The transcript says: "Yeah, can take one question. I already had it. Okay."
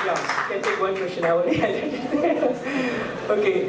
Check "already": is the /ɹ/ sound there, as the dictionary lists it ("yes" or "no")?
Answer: no